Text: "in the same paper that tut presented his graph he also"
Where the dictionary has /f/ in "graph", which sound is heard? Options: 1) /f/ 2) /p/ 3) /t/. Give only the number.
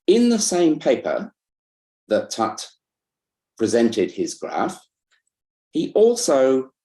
1